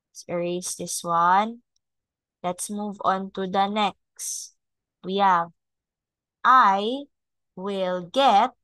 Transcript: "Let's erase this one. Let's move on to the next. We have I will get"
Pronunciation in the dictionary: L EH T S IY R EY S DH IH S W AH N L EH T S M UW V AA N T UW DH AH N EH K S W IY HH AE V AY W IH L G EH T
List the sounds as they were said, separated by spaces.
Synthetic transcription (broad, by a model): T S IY R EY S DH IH S W AH N L EH T S M UW V AA N T UW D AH N EH K S W IY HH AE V AY W IH L G EH T